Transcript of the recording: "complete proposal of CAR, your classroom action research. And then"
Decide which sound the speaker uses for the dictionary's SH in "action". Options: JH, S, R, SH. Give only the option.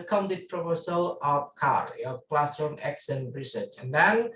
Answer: S